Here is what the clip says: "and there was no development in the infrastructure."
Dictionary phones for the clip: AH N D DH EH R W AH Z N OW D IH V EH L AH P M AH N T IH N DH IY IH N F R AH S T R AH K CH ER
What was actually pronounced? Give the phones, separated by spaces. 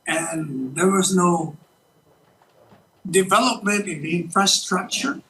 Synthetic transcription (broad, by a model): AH N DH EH R W AH Z N OW D IH V EH L AH P M AH N T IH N DH IY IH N F R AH S T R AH K CH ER